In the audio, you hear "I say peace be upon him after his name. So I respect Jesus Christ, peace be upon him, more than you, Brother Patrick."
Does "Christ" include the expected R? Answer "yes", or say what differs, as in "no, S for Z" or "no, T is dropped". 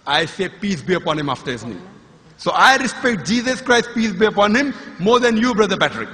yes